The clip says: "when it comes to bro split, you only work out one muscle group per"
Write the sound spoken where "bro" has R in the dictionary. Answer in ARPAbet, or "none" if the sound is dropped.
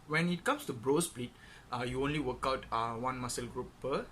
R